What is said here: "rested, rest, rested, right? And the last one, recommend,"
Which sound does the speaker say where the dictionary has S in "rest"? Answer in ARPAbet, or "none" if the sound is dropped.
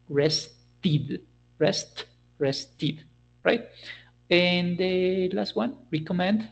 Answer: S